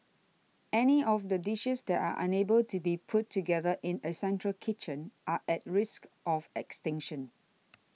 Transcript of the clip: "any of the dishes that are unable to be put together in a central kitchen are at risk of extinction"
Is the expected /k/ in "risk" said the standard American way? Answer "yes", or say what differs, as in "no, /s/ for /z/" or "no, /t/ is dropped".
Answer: yes